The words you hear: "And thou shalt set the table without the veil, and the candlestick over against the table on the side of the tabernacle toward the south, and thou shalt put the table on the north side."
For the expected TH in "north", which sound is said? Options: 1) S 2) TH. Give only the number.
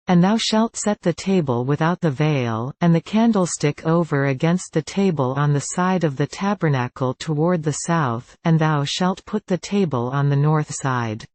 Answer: 2